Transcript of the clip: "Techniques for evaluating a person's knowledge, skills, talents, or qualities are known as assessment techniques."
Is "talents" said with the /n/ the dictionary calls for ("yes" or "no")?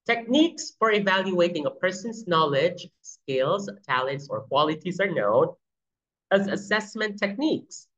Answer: yes